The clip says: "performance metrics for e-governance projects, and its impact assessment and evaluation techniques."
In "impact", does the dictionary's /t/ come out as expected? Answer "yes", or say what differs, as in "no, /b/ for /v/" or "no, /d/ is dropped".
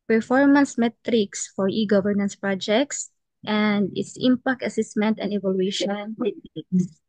yes